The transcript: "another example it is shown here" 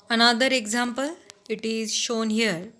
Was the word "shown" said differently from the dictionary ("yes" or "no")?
no